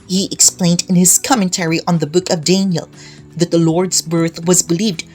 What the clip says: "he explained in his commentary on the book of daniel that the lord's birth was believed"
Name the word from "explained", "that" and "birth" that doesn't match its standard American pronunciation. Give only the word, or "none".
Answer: none